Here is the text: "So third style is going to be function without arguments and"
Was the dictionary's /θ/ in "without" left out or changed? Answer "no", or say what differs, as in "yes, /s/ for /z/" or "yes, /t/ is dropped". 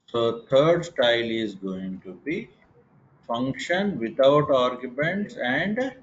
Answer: yes, /t/ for /θ/